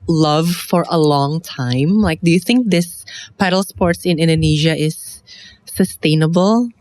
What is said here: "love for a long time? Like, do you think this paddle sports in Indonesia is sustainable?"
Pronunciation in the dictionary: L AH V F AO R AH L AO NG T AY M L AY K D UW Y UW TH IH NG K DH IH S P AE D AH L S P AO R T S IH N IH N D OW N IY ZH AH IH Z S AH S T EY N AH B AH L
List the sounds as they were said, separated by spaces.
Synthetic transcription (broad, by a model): L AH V F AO R AH L AO NG T AY M L AY K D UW Y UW TH IH NG K DH IH S P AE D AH L S P AO R T S IH N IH N D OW N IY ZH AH IH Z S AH S T EY N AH B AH L